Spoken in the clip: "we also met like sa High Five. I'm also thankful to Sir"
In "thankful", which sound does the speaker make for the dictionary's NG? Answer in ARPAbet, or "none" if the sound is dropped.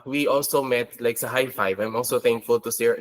NG